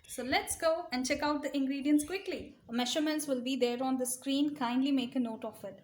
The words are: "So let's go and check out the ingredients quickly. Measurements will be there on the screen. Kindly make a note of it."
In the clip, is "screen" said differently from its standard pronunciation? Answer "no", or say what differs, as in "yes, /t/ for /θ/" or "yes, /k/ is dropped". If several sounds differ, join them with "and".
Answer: no